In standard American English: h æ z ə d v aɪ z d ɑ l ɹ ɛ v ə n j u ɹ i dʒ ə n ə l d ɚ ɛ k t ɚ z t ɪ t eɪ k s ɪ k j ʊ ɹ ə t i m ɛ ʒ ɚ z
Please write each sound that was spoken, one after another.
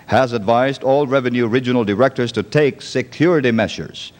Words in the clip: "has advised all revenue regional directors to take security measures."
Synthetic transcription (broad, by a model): h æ z ə d v aɪ z d ɑ l ɹ ɛ v ə n j u ɹ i dʒ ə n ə l d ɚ ɛ k t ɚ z t ɪ t eɪ k s ɪ k j ʊ ɹ ə t i m ɛ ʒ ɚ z